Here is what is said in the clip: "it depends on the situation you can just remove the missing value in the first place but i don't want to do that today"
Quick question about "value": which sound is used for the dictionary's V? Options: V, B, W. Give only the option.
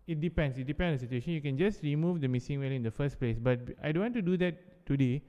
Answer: W